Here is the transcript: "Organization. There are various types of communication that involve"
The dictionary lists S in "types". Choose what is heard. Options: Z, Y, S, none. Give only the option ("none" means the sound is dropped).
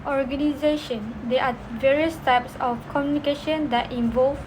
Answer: S